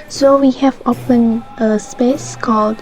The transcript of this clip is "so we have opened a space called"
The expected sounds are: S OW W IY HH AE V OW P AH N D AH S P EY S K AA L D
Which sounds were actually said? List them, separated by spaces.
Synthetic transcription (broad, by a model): S OW W IY HH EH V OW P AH N AH S P EY S K AA L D